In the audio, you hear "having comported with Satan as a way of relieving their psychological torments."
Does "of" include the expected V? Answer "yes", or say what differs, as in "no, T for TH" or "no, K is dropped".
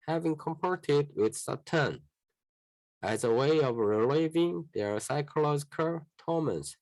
yes